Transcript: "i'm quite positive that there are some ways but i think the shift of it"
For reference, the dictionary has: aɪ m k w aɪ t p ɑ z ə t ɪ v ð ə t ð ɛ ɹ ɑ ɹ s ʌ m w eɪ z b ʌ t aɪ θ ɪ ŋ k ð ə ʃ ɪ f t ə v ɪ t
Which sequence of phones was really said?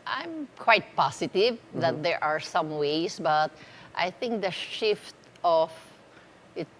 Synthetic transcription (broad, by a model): aɪ m k w aɪ t p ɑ s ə t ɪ v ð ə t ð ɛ ɹ ɑ ɹ s ʌ m w eɪ s b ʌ t aɪ θ ɪ ŋ k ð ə ʃ ɪ f t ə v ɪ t